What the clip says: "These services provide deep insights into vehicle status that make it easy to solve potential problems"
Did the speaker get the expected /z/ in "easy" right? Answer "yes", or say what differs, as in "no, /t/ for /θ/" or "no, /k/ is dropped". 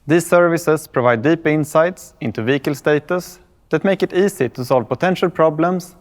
no, /s/ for /z/